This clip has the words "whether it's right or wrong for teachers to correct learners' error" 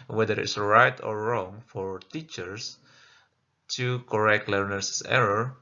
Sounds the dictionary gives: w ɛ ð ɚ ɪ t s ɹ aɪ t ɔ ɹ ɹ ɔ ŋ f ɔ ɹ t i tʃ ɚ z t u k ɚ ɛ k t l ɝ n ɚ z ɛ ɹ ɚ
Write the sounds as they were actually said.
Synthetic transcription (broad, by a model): w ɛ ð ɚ ɪ t s ɹ aɪ t ɔ ɹ ɹ ɔ ŋ f ɔ ɹ t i tʃ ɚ s t u k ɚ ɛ k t l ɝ n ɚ s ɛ ɹ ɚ